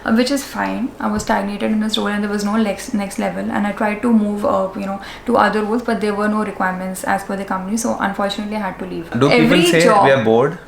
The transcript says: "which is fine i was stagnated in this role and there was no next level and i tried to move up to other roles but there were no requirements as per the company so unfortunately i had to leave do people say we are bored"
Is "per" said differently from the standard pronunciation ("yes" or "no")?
yes